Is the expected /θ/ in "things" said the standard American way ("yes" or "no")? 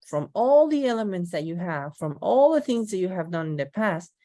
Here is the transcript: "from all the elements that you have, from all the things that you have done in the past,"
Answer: yes